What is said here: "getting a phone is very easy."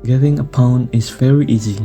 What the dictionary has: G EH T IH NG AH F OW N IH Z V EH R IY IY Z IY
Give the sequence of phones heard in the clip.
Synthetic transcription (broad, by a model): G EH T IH NG AH P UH N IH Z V EH R IY IY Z IY